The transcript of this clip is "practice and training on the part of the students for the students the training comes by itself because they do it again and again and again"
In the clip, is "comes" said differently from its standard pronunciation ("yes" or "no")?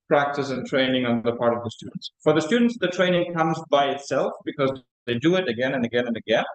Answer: no